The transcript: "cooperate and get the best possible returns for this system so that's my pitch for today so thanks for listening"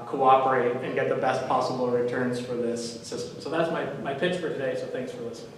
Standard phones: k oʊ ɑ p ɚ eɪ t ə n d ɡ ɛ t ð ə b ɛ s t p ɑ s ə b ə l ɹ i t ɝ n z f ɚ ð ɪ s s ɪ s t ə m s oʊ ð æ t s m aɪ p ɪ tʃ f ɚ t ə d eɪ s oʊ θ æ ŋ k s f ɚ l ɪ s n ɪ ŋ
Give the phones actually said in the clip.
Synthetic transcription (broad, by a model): k oʊ ɑ p ɚ eɪ t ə n ɡ ɛ t ð ə b ɛ s t p ɑ s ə b l ɹ i t ɝ n z f ɚ ð ɪ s s ɪ s t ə m s oʊ ð æ t s m aɪ p ɪ tʃ f ɚ t ə d eɪ s oʊ θ æ ŋ k s f ɚ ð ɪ s